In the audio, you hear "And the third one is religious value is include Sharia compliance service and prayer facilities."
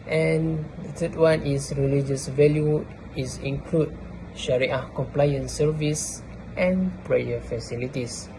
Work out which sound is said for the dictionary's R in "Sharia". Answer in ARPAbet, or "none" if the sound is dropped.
R